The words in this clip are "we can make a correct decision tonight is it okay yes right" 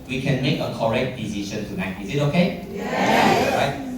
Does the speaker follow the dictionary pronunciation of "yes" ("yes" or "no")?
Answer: no